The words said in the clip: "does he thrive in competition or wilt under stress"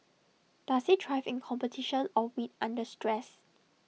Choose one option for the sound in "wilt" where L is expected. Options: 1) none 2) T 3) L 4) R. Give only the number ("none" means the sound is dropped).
1